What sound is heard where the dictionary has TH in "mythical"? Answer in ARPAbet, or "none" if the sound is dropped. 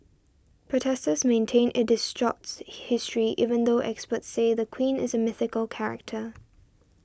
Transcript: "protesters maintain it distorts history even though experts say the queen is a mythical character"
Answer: TH